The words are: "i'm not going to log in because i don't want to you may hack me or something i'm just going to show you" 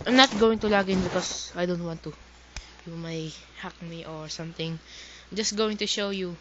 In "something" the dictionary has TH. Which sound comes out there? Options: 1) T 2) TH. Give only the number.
1